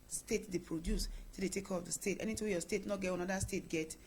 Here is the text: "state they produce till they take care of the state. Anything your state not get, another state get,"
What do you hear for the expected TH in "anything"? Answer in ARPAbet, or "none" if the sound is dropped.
T